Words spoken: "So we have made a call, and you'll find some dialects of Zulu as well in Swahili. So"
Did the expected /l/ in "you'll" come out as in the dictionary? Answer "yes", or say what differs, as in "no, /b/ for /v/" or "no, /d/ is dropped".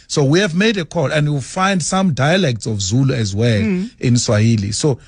no, /w/ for /l/